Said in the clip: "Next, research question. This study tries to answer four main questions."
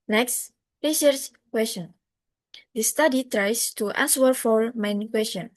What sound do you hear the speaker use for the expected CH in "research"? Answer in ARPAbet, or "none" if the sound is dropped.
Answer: S